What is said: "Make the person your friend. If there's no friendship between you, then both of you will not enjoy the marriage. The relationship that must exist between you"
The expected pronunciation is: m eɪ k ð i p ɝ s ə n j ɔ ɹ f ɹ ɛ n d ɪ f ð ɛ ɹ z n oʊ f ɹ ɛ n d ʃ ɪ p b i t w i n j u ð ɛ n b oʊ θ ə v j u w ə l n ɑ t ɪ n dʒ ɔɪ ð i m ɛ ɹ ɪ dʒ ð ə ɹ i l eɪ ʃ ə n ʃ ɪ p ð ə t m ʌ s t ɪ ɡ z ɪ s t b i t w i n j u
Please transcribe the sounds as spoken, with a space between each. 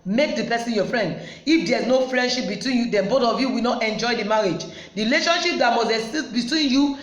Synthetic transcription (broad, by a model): m eɪ k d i p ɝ s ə n j ɔ f ɹ ɛ n d ɪ f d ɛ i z n oʊ f ɹ ɛ n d ʃ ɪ p b i t w i n j u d ɛ n b oʊ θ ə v j u w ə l n ɑ t ɪ n dʒ ɔɪ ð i m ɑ ɹ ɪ dʒ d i l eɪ ʃ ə n ʃ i p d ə t m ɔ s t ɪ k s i s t b i t w i n j u